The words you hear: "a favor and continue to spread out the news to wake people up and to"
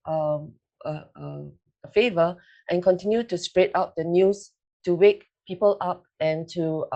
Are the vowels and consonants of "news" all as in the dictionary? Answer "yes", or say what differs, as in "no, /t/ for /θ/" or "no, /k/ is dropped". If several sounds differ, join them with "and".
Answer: no, /s/ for /z/